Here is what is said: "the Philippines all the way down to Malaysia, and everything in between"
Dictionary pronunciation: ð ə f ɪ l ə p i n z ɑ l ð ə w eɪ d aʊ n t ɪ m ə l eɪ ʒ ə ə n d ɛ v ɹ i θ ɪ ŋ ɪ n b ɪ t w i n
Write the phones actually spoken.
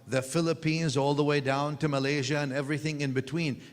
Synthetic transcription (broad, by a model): ð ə f ɪ l ə p i n z ɑ l ð ə w eɪ d aʊ n t ɪ m ə l eɪ ʒ ə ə n ɛ v ɹ i θ ɪ ŋ ɪ n b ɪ t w i n